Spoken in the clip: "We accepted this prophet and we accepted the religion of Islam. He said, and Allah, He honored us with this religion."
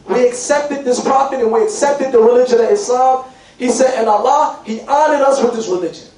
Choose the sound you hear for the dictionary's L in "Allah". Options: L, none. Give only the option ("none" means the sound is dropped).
L